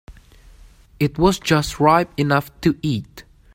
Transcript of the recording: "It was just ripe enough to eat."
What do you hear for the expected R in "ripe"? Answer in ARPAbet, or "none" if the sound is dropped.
R